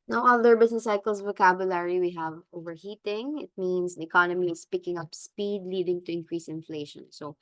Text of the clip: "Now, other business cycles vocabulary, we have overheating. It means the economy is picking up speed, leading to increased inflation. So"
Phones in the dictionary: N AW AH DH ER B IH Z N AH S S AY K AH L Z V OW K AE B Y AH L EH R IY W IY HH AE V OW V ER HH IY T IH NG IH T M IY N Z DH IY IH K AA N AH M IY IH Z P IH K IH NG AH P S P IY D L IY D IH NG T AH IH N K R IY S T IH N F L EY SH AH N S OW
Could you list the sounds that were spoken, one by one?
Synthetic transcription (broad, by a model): N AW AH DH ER B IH S N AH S S AY K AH L S V OW K AE B Y AH L EH R IY W IY HH AE V OW V ER HH IY T IH NG IH T M IY N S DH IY IH K AA N AH M IY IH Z P IH K IH NG AH P S P IY D L IY D IH NG T AH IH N K R IY S IH N F L EY SH AH N S OW